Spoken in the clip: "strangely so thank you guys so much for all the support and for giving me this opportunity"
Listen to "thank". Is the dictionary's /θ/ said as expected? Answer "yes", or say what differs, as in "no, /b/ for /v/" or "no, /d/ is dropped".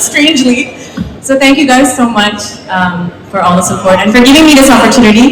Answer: yes